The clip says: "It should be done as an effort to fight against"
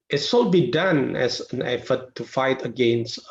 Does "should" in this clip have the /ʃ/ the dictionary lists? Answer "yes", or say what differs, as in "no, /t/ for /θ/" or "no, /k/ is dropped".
no, /s/ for /ʃ/